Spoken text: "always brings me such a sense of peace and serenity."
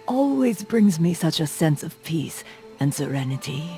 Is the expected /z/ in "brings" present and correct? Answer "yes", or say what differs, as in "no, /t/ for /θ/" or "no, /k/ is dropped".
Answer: yes